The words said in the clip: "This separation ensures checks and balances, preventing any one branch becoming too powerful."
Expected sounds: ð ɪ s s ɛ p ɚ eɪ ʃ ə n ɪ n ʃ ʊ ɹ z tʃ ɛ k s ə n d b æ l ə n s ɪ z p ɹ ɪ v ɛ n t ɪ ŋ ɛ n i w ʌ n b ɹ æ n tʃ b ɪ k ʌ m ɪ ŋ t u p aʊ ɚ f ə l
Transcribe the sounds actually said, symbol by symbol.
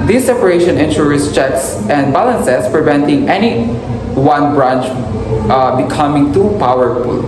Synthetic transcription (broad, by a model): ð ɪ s s ɛ p ɚ eɪ ʃ ə n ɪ n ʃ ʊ ɹ s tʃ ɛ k s ə n d b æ l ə n s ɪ s p ɹ ɪ v ɛ n t ɪ ŋ ɛ n i w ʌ n b ɹ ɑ n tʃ b ɪ k ʌ m ɪ ŋ t u p aʊ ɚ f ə l